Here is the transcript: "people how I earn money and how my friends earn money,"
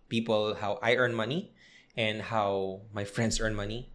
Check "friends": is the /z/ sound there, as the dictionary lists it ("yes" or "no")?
no